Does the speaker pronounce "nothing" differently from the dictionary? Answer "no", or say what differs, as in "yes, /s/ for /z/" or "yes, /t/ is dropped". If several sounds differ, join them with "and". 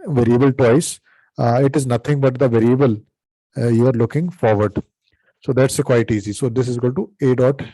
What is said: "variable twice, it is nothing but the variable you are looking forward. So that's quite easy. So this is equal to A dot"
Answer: yes, /t/ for /θ/